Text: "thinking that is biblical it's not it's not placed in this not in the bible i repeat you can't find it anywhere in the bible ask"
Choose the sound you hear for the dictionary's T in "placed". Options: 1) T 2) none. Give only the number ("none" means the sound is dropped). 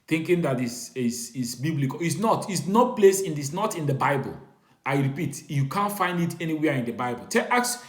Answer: 2